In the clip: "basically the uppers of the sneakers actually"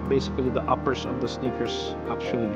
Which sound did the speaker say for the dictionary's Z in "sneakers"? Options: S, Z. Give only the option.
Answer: S